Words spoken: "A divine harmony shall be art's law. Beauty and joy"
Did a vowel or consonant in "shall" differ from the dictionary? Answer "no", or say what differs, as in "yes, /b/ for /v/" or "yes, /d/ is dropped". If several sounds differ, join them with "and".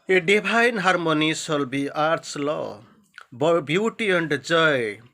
yes, /s/ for /ʃ/